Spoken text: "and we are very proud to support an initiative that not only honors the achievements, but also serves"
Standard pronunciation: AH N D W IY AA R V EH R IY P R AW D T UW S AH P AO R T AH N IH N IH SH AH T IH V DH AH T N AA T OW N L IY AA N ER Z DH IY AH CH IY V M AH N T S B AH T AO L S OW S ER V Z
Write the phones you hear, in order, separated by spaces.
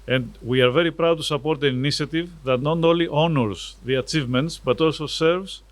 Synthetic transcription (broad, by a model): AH N D W IY AA R V EH R IY P R AW D T UW S AH P AO R T AH N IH N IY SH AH T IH V DH AH T N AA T OW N L IY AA N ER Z DH IY AH CH IY V M AH N T S B AH T AO L S OW S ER V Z